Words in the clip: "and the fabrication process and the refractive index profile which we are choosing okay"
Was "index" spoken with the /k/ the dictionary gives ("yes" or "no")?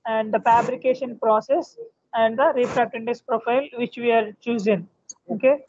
no